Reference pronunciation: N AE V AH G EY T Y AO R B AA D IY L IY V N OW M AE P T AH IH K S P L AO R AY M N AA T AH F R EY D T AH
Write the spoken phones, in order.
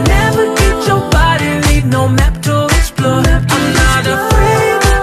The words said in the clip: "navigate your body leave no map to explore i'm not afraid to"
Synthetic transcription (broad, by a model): N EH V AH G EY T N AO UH B AA D IY N IY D N OW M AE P T AH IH K S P L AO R AY M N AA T AH F R EY D